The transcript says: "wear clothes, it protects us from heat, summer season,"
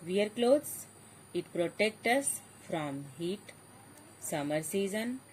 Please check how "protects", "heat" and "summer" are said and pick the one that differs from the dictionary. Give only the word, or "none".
protects